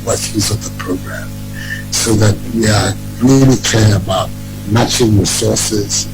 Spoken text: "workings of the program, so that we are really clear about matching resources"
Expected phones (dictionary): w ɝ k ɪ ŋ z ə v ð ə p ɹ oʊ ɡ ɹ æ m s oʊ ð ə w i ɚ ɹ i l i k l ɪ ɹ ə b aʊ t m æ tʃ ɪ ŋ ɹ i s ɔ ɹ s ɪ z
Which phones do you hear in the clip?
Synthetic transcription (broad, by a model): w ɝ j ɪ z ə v ð ə p ɹ oʊ ɡ ɹ æ m s oʊ ð ə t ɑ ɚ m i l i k ɛ ɹ ə b aʊ t m æ tʃ ɪ ŋ ɹ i s ɔ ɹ s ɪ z